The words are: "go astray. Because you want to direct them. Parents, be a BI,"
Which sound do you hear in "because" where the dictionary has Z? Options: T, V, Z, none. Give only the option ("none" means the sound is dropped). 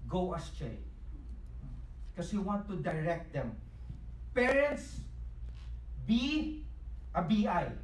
none